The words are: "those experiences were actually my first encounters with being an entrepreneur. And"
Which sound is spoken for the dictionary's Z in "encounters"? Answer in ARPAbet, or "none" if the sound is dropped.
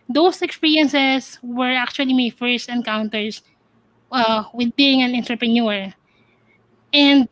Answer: S